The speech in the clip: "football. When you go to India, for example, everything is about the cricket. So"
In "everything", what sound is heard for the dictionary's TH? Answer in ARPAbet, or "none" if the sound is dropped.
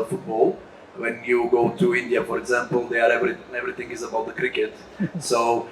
T